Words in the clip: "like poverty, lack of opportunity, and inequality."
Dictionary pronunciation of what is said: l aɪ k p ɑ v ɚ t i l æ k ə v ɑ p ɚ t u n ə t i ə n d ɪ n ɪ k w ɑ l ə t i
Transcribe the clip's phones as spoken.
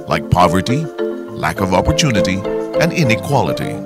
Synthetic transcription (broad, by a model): l aɪ k p ɑ v ɚ t i l æ k ə v ɑ p ɚ t u n ə t i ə n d ɪ n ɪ k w ɑ l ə t i